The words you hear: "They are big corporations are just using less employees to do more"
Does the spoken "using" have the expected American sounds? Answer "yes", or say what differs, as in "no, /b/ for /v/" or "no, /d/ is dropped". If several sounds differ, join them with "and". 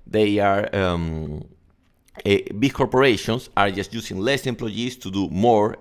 no, /s/ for /z/